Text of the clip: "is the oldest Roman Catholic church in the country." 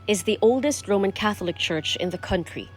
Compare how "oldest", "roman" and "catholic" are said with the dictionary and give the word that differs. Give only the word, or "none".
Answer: none